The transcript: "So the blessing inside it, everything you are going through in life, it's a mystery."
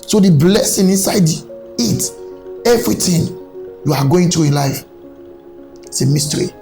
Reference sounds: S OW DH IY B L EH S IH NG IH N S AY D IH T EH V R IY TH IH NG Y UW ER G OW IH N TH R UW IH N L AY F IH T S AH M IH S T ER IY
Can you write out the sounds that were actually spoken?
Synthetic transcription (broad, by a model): S OW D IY B L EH S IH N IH N S AY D IH T EH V R IY T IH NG Y UW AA G OW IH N T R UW IH N L AY F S AH M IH S T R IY